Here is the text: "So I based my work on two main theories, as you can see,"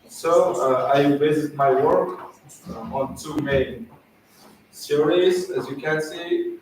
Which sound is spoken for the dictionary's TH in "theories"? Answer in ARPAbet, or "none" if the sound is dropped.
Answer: S